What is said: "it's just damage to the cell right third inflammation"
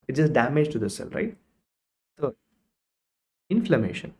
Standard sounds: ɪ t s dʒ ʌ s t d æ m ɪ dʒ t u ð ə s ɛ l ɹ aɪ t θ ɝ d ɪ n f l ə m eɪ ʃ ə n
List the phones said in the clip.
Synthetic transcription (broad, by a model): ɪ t dʒ ʌ s t d æ m ɪ dʒ t u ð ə s ɛ l ɹ aɪ t s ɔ ɪ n f l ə m eɪ ʃ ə n